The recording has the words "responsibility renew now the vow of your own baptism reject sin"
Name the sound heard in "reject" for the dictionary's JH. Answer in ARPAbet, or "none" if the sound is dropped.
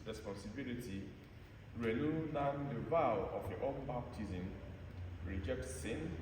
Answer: JH